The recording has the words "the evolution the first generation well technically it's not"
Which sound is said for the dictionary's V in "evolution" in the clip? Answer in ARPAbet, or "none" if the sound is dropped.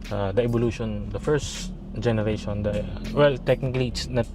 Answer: B